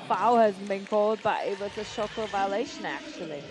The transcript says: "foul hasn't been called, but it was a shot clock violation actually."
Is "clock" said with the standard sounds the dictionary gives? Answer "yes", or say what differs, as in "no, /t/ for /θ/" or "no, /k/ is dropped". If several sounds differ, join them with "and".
no, /l/ is dropped